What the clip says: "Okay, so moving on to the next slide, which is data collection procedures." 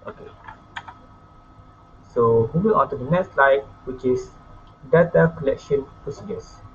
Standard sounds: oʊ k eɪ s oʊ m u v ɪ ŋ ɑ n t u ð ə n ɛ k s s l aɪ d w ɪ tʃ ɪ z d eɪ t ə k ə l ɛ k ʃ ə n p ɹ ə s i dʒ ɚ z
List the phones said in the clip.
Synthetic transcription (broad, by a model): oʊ k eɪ s oʊ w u w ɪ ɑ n t u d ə n ɛ k s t l aɪ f w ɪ tʃ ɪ s d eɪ t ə k ə l ɛ k ʃ ə n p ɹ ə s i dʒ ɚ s